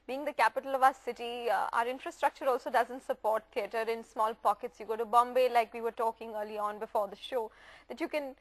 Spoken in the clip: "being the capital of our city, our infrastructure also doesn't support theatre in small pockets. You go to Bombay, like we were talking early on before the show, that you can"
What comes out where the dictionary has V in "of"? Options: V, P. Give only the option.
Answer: V